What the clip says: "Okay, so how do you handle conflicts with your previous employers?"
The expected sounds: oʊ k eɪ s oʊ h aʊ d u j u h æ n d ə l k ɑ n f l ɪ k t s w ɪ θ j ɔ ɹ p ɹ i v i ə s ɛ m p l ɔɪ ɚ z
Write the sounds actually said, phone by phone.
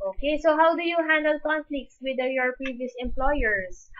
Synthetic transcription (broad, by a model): oʊ k eɪ s oʊ h aʊ d u j u h æ n d ə l k ɑ n f l ɪ k t s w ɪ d j ɔ ɹ p ɹ i v i ə s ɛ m p l ɔɪ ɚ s